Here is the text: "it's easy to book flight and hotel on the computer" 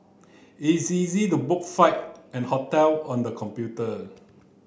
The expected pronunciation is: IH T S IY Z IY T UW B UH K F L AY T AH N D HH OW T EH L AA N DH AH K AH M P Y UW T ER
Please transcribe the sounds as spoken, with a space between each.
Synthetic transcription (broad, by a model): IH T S IY Z IY T UW B UH K F AY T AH N HH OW T EH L AA N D AH K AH M P Y UW T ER